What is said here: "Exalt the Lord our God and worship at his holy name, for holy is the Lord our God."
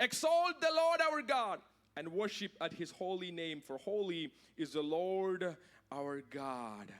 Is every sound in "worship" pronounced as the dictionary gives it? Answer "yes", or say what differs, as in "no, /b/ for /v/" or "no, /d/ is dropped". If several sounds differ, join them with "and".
yes